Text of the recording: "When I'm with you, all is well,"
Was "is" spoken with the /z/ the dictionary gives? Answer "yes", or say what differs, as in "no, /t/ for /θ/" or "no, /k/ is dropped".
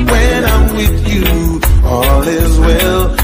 yes